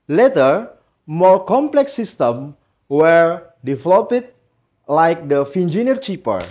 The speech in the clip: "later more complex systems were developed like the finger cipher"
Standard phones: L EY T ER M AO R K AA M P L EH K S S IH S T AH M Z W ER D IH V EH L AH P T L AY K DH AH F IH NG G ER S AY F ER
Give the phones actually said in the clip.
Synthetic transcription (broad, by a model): L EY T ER M AO R K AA M P L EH K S S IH S T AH M W ER D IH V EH L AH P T L AY K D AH F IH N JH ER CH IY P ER